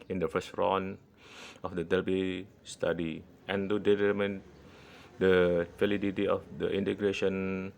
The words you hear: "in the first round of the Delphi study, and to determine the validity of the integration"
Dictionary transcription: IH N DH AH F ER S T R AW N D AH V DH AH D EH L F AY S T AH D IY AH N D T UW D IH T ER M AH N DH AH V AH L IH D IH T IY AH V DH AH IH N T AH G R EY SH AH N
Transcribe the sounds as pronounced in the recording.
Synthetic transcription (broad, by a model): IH N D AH F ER S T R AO N AH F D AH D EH L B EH S T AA D IY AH N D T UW D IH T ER M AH N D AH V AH L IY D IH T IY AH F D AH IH N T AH G R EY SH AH N